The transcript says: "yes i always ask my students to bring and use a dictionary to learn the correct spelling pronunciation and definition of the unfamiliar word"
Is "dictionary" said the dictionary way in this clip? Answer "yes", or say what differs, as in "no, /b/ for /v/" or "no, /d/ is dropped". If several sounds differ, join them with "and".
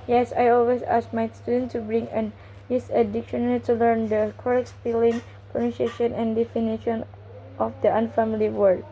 no, /l/ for /ɹ/